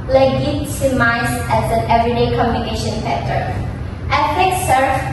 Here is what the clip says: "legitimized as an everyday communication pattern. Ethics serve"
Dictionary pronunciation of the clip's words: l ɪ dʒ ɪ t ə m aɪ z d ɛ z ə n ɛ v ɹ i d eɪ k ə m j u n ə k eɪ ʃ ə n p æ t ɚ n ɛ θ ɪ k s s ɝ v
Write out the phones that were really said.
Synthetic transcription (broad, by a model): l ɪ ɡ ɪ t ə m aɪ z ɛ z ə n ɛ v ɹ i d eɪ k ə m j u n ə k eɪ ʃ ə n f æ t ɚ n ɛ f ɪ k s s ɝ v